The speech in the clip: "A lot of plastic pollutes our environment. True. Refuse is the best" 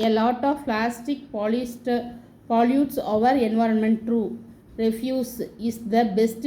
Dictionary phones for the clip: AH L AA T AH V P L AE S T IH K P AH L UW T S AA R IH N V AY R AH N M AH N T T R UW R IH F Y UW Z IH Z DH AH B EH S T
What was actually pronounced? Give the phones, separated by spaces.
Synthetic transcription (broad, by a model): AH L AA T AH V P L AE S T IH K P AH L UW T S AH R IH N V AY R AH N M AH N T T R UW R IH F Y UW S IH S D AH B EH S T